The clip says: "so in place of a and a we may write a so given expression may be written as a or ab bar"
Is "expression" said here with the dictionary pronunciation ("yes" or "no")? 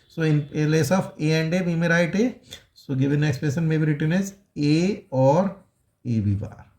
no